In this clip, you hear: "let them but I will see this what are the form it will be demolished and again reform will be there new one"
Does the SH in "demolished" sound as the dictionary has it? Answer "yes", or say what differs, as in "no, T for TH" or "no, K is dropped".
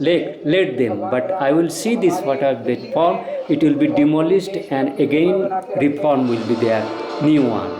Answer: no, S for SH